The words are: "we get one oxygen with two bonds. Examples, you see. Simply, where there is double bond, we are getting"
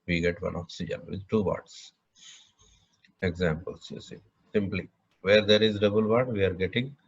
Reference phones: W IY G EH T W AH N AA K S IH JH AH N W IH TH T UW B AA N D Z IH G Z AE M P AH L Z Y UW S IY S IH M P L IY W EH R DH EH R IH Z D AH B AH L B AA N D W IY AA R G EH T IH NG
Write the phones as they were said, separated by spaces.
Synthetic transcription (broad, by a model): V IY G EH T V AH N AA K S IH JH AH N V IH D T UW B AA D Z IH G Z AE M P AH L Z Y UW S IY S IH M P L IY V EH R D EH R IH Z D AH B AH L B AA D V IY AA R G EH T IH NG